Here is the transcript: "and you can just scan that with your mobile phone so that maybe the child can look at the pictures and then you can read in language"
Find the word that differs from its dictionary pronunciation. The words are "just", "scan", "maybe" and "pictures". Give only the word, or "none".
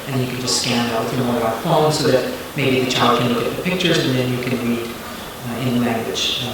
none